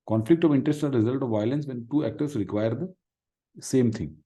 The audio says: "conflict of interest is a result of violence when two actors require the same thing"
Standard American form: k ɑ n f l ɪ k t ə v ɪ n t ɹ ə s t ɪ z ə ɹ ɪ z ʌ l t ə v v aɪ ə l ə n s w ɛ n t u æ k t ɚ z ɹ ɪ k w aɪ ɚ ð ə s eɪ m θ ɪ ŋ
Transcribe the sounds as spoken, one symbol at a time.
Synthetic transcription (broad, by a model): k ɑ n f l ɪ k t ə v ɪ n t ɹ ə s t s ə ɹ ɪ z ʌ l t ə v v aɪ ə l ə n s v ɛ n t u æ k t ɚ s ɹ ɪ k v aɪ ɚ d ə s eɪ m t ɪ ŋ